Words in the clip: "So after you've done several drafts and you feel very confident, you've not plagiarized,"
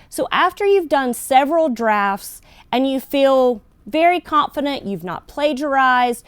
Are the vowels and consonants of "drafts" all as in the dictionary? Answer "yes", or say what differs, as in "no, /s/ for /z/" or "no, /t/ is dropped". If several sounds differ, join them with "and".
yes